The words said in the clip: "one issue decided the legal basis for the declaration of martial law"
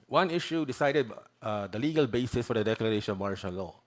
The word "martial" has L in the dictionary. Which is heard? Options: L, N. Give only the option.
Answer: N